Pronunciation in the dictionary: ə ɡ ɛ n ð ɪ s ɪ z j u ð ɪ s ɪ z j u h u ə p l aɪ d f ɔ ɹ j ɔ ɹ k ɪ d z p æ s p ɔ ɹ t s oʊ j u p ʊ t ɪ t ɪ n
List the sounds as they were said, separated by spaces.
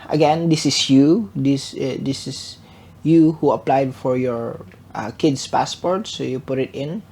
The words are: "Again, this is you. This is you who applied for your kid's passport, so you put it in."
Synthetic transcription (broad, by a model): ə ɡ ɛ n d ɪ s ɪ s j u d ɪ s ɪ s j u h u ə p l aɪ d f ɔ ɹ j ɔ ɹ k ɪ d s p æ s p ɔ ɹ t s oʊ j u p ʊ t ɪ t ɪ n